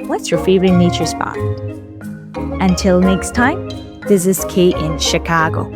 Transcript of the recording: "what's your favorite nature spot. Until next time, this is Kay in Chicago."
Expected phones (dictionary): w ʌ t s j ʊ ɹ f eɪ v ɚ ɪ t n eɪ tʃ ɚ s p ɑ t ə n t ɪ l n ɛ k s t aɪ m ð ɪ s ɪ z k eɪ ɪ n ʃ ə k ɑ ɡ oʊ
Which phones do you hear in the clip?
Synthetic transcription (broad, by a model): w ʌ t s j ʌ ɹ f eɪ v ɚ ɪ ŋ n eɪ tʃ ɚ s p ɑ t ə n t ɪ l n ɛ k s t aɪ m ð ɪ s ɪ z k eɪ ɪ n ʃ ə k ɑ ɡ oʊ